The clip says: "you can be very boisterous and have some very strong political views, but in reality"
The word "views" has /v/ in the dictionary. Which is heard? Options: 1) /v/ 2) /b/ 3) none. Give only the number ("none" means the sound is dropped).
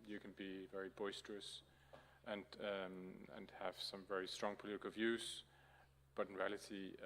1